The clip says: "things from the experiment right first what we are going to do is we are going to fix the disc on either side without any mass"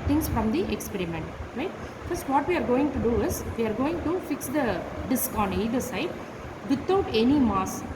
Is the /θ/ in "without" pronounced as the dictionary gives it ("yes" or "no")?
no